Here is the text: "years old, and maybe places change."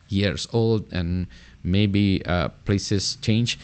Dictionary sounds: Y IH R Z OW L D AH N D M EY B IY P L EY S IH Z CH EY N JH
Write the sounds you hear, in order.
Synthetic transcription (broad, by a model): Y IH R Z OW L D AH N M EY B IY P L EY S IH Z CH EY N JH